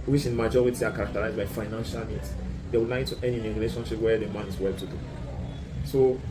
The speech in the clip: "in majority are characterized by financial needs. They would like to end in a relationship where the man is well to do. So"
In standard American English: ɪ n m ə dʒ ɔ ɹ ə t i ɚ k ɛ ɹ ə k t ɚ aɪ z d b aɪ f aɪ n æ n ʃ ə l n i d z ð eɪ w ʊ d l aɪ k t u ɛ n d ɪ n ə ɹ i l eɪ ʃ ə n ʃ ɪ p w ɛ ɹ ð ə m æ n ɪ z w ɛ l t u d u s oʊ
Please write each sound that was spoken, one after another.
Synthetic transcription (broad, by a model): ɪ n m ə dʒ ɔ ɹ ə t i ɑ k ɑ ɹ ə k t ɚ aɪ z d b aɪ f aɪ n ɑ n ʃ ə l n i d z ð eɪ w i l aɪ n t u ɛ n ɪ n ə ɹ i l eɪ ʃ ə n ʃ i p w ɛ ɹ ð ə m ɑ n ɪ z w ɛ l t u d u s oʊ